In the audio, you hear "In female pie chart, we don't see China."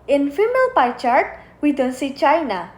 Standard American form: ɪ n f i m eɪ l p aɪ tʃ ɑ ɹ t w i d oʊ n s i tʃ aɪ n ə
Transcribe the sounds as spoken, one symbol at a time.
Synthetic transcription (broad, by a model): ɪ n f i m eɪ l p aɪ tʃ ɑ ɹ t w i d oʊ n s i tʃ aɪ n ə